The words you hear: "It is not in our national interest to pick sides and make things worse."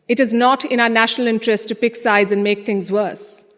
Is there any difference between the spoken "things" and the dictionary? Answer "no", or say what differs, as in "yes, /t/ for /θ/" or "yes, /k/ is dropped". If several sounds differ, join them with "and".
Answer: yes, /t/ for /θ/